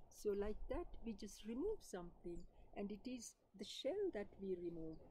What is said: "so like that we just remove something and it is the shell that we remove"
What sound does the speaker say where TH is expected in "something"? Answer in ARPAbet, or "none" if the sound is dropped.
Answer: T